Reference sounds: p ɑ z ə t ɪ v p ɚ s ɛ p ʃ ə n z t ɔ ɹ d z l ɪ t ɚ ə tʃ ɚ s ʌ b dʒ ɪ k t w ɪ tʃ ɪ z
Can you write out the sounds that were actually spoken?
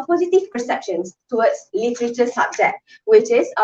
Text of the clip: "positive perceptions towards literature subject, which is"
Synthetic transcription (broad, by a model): p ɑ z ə t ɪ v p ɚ s ɛ p ʃ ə n s t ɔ w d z l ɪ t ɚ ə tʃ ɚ s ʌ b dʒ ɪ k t w ɪ tʃ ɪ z